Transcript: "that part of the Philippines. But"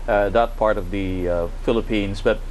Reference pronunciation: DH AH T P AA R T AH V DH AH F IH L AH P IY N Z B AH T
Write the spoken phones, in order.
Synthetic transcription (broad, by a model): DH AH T P AA R T AH V DH AH F IH L AH P IY N Z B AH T